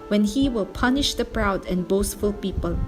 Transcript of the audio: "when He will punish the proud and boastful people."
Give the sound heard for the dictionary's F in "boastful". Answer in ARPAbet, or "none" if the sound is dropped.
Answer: F